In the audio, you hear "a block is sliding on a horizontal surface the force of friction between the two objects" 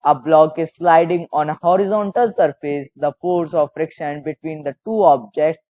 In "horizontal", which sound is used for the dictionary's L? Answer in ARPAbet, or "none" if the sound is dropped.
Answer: L